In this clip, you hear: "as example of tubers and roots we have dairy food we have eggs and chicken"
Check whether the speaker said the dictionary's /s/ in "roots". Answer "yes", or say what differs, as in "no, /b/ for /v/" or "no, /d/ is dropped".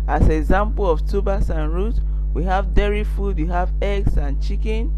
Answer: no, /s/ is dropped